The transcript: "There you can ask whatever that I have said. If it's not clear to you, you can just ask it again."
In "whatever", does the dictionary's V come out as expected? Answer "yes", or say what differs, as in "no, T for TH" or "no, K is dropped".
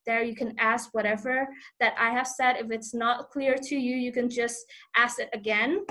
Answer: yes